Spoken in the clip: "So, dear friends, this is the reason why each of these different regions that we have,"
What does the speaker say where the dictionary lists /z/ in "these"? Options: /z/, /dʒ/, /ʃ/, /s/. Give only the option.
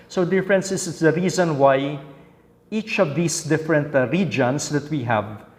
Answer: /s/